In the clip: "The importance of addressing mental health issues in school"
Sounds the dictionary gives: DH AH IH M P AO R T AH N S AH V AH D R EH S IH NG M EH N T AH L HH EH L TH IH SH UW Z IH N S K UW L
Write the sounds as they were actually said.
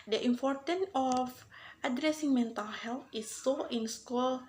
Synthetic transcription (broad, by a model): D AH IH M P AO R T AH N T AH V AH D R EH S IH NG M EH N T AH L HH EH L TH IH S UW IH N S K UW L